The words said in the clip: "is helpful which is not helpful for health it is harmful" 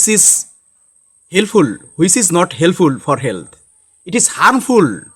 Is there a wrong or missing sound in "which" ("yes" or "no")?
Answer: yes